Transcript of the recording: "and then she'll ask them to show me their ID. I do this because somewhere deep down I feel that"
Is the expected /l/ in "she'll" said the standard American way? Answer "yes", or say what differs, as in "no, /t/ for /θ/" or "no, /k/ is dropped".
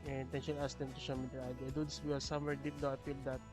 no, /n/ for /l/